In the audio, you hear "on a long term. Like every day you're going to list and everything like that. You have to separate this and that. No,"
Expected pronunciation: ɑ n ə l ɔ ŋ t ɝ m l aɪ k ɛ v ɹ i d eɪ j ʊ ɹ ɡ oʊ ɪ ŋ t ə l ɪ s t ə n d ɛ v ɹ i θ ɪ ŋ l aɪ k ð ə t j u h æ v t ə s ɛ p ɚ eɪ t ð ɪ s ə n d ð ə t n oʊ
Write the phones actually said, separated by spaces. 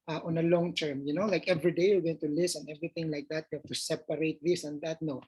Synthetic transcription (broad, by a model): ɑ n ə l ɔ ŋ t ɝ m l aɪ k ɛ v ɹ i d eɪ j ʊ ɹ ɡ oʊ ɪ ŋ t ə l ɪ s ə n ɛ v ɹ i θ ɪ ŋ l aɪ k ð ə t j u h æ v t ə s ɛ p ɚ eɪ t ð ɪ s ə n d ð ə t n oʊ